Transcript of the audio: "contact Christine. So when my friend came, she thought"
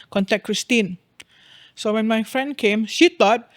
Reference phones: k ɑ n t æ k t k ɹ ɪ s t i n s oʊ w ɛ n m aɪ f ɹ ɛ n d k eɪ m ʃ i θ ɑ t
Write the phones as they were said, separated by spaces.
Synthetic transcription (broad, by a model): k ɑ n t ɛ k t k ɹ ɪ s t i n s oʊ w ɛ n m aɪ f ɹ ɛ n d k eɪ m ʃ i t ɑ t